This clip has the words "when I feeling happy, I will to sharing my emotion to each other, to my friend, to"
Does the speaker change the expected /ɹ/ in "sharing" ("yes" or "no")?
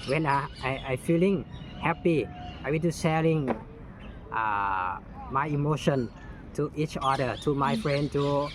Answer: yes